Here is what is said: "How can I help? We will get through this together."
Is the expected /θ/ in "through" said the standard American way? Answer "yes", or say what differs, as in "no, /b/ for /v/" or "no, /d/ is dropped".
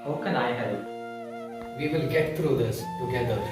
no, /t/ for /θ/